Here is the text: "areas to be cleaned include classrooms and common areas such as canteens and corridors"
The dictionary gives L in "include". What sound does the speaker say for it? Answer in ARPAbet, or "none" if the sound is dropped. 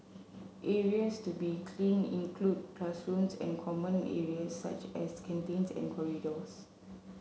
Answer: L